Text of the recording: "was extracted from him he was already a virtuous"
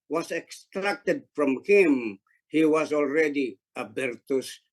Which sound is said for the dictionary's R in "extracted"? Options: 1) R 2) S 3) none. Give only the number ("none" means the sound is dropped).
1